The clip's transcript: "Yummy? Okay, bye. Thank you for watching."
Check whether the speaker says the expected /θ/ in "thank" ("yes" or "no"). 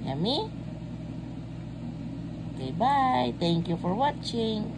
no